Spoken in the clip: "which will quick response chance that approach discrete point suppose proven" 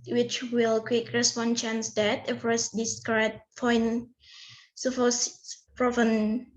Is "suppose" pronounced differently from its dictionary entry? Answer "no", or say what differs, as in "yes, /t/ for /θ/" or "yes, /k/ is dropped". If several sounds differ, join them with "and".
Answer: yes, /f/ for /p/